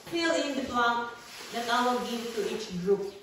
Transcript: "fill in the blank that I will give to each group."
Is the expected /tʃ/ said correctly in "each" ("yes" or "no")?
yes